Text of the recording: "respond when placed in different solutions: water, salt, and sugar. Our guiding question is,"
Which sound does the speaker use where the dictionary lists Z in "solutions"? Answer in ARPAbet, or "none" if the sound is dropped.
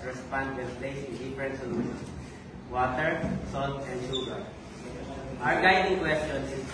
none